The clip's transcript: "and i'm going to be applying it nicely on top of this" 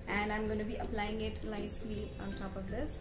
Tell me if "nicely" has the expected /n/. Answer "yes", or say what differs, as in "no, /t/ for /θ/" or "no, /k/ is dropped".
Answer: no, /l/ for /n/